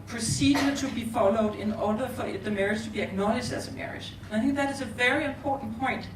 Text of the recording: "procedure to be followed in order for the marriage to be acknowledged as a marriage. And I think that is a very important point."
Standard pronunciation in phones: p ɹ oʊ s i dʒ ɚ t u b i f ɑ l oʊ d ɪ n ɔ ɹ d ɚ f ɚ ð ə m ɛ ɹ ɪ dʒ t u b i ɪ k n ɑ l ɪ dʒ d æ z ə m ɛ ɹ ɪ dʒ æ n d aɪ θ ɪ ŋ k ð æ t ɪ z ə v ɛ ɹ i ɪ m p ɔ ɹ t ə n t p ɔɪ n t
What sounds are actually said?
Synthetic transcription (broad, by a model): p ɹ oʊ s i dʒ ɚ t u b i f ɑ l oʊ d ɪ n ɔ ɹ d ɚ f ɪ ð ə m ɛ ɹ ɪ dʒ t u b i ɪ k n ɑ l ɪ ʃ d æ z ə m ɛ ɹ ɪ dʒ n aɪ θ ɪ ŋ k ð æ t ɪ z ə v ɛ ɹ i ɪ m p ɔ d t n p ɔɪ n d